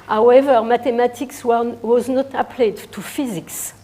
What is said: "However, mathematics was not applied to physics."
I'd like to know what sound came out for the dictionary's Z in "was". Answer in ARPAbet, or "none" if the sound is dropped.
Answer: Z